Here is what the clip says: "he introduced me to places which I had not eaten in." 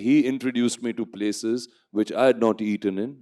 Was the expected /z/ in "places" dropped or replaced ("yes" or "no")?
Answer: no